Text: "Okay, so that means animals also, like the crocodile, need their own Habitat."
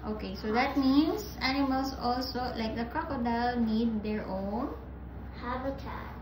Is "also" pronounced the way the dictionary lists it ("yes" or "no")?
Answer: yes